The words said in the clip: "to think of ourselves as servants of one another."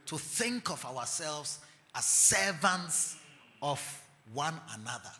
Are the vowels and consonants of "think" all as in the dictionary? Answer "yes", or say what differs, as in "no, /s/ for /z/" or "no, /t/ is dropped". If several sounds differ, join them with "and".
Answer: yes